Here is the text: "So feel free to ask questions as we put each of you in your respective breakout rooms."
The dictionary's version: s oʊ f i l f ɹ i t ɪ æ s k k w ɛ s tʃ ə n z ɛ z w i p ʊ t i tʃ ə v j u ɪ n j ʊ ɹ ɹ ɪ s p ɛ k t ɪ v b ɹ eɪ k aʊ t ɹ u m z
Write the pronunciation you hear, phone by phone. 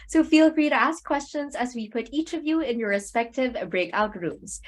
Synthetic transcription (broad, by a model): s oʊ f i l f ɹ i t ɪ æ s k k w ɛ s tʃ ə n z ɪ z w i p ʊ t i tʃ ə v j u ɪ n j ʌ ɹ ɹ ɪ s p ɛ k t ɪ v b ɹ eɪ k aʊ t ɹ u m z